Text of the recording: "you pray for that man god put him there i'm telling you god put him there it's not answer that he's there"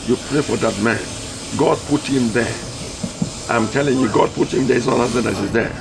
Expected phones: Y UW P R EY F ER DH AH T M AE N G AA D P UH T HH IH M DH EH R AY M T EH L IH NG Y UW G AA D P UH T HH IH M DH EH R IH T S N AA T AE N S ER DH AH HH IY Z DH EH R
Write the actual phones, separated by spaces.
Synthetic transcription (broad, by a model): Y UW P R EY F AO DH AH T M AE N G AA D P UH T HH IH M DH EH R AY M T EH L IH NG Y UW G AA D P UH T HH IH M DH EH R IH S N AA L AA S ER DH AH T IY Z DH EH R